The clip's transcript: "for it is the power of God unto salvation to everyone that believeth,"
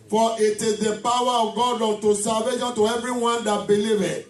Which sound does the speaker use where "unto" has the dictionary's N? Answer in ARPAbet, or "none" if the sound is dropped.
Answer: none